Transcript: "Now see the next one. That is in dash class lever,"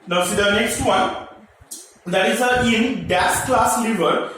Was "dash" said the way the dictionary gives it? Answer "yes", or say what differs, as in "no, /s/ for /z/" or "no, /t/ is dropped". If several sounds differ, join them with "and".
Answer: no, /s/ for /ʃ/